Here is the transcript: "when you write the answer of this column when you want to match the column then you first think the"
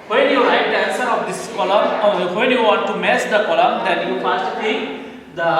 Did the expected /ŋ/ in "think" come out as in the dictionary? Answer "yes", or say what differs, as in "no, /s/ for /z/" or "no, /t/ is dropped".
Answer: no, /ŋ/ is dropped